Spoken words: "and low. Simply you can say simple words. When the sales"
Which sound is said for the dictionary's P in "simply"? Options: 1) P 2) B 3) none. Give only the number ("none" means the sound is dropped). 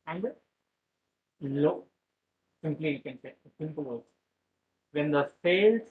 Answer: 1